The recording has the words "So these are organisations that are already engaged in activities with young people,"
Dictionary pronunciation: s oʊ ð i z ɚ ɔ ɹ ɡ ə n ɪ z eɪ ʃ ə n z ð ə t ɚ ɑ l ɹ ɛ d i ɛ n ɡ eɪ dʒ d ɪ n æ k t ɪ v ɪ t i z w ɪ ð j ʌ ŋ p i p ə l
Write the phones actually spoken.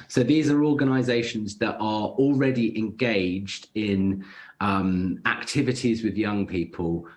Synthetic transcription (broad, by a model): s oʊ ð i z ɚ ɔ ɡ ə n ɪ z eɪ ʃ ə n z ð ə t ɚ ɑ l ɹ ɛ d i ɛ n ɡ eɪ dʒ d ɪ n æ k t ɪ v ɪ t i z w ɪ ð j ʌ ŋ p i p ə l